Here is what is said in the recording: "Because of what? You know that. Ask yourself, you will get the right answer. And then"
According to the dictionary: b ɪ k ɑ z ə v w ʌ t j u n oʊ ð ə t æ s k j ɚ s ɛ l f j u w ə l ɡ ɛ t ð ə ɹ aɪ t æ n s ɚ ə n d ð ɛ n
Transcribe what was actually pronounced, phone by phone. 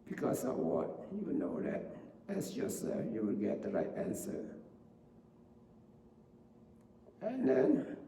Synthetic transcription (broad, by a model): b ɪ k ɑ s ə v w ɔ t j u n oʊ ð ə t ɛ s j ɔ s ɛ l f j u w ə l ɡ ɛ t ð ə ɹ aɪ t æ n s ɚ ə n d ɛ n